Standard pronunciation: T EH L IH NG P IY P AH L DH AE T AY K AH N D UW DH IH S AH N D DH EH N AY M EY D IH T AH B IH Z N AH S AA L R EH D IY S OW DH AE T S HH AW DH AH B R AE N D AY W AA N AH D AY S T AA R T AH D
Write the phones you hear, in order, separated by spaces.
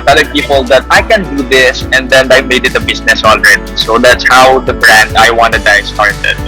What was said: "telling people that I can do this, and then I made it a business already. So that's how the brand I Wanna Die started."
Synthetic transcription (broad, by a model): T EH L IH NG P IY P AH L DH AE T AY K AH N D UW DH IH S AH N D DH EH N AY M EY D IH T AH B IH S N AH S AA L R EH D IY S OW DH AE T S HH AW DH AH B R AE N D AY W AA N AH D AY S T AA R T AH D